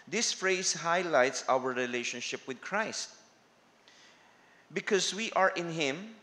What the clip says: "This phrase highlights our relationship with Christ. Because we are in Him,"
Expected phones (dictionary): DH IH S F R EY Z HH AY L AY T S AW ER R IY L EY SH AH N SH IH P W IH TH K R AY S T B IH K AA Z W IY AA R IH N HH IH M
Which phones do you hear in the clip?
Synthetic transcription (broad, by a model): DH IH S F R EY S HH AY L AY T S AW ER R IY L EY SH AH N SH IH P W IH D K R AY S T B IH K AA S W IY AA R IH N HH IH M